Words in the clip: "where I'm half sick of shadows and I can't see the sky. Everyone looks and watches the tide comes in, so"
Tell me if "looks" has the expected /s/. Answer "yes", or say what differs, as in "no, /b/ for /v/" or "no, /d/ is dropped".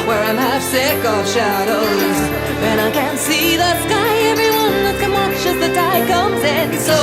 no, /s/ is dropped